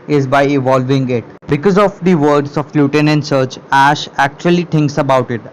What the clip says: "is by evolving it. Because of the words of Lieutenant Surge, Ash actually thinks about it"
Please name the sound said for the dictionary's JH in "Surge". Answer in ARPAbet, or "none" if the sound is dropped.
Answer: CH